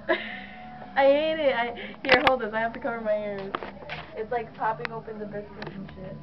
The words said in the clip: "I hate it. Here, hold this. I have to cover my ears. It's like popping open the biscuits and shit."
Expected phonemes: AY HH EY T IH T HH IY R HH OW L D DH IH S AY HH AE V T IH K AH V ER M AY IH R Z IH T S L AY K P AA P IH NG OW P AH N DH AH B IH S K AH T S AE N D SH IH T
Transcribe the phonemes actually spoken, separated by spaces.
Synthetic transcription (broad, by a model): AY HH EY T IH T HH IY R HH OW L D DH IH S AY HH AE F T IH K AH V ER M AY IH R Z IH T S L AY K P AA P IH NG OW P AH N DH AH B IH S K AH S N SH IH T